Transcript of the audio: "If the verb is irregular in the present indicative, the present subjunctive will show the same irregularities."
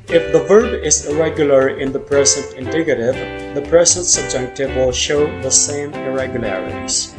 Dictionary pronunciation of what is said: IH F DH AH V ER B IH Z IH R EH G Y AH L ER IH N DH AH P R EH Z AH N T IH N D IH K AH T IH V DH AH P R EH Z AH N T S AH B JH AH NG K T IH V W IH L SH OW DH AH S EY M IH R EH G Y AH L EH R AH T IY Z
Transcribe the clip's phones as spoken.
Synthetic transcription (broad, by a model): IH F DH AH V ER B IH Z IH R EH G Y L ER IH N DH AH P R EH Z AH N T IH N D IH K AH T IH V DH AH P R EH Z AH N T S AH B JH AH K T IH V W IH L SH OW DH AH S EY M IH R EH G Y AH L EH R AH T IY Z